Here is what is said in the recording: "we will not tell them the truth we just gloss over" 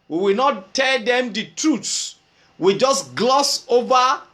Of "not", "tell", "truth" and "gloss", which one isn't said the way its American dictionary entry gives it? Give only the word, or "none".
truth